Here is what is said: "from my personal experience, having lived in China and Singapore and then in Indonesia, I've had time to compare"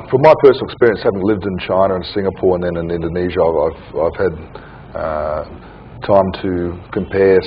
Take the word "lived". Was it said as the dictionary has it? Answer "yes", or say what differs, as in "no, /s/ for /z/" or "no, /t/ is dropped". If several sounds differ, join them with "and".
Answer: yes